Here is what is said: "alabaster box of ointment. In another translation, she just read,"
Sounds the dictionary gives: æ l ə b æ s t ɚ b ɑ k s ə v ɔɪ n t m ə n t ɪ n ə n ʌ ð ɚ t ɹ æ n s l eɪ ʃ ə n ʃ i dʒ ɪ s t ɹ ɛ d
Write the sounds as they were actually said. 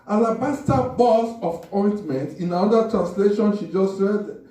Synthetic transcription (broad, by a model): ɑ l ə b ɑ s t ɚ b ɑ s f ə p ɔɪ n t m ə n t ɪ n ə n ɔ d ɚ t ɹ æ n s l eɪ ʃ ə n ʃ i dʒ ɪ s t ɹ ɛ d